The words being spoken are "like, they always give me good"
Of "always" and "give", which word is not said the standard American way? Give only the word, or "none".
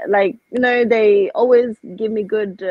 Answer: none